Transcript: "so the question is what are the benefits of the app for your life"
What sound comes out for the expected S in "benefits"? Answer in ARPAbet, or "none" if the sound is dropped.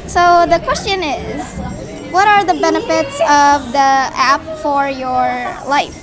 S